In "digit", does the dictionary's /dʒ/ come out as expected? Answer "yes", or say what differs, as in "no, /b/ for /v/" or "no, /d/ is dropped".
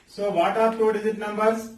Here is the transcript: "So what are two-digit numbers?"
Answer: no, /z/ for /dʒ/